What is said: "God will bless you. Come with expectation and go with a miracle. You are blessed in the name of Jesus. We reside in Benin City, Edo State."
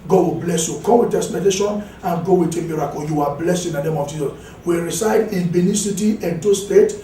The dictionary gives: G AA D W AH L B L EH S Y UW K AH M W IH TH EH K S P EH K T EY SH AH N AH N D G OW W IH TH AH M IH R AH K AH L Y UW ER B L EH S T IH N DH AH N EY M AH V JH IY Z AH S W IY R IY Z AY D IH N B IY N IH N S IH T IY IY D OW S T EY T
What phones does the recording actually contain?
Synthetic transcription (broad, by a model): G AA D W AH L B L EH S Y UW K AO M W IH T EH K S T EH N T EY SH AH N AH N G OW W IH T AH M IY R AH K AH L Y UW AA B L EH S IH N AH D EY M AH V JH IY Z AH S W IY R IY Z AY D IH N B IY N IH S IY T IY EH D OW S T EY T